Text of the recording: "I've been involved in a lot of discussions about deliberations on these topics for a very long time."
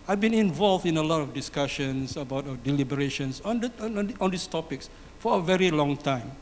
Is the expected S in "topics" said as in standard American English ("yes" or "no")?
yes